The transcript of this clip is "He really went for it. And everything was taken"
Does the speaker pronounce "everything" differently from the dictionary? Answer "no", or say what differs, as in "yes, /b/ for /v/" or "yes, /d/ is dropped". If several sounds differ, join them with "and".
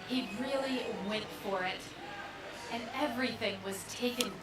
no